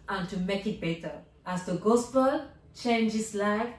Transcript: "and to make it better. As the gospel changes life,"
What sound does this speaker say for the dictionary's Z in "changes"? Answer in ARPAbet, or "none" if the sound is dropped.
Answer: S